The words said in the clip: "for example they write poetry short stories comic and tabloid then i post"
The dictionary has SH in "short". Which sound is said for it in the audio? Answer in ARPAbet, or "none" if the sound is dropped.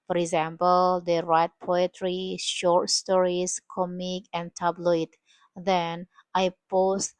SH